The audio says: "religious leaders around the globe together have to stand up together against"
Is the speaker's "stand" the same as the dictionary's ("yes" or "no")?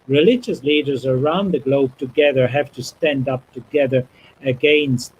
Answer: yes